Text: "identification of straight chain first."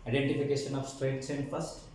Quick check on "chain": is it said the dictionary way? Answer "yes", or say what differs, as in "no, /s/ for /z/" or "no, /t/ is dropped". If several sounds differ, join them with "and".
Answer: no, /s/ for /tʃ/